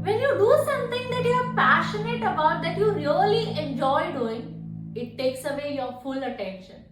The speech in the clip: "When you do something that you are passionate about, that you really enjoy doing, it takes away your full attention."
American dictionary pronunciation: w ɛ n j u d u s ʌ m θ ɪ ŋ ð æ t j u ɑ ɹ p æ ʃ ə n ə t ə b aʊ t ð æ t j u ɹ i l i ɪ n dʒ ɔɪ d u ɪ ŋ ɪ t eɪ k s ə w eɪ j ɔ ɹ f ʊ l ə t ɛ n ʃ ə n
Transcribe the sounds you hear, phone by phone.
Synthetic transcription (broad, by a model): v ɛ n j u d u s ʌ m t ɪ ŋ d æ t j u ɑ ɹ p æ ʃ ə n ə t ə b aʊ t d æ t j u ɹ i l i ɪ n dʒ ɔɪ d u ɪ ŋ ɪ t eɪ k s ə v eɪ j ɔ ɹ f ʊ l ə t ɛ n ʃ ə n